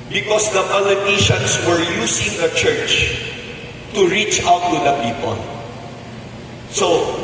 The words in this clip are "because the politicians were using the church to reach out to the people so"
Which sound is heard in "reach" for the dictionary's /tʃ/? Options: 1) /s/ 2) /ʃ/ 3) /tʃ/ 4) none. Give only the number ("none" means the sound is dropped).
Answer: 3